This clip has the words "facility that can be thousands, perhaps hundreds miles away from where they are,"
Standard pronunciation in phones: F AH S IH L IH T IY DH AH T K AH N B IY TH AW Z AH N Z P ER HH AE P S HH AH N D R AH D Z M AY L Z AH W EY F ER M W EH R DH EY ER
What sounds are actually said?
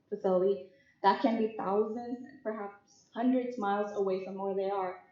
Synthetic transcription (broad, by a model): F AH S IH L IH T IY DH AH T K AH N B IY TH AW Z AH N Z P ER HH AE P S HH AH N D R AH D Z M AY L Z AH W EY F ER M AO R DH EY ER